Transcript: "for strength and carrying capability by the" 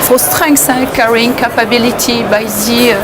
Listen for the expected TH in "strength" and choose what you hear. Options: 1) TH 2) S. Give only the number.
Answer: 2